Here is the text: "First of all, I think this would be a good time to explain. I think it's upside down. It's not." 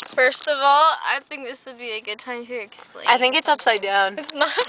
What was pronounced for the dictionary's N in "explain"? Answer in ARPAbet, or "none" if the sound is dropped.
none